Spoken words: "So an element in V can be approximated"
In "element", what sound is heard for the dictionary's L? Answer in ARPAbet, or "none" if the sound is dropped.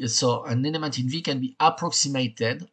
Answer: N